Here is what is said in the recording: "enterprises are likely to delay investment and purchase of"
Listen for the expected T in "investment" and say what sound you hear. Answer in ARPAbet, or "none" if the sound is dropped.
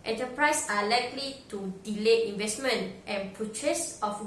T